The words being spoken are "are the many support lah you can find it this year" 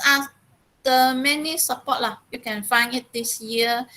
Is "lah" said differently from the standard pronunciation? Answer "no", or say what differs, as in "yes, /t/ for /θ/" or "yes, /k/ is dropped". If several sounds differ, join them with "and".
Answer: no